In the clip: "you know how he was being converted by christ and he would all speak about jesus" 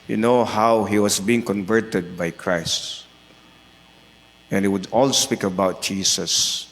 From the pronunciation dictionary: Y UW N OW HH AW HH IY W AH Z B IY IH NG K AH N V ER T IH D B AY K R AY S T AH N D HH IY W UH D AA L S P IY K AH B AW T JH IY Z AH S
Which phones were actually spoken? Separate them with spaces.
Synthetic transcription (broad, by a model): Y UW N OW HH AW HH IY W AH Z B IY IH NG K AH N V ER T IH D B AY K R AY S T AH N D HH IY W UH D AA L S P IY K AH B AW T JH IY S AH S